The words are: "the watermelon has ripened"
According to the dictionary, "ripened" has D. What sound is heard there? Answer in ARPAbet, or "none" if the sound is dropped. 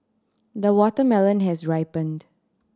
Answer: D